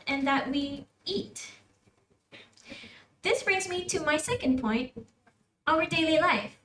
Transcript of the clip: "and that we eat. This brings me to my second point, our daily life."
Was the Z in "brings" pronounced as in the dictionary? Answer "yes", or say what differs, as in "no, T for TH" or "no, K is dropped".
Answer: yes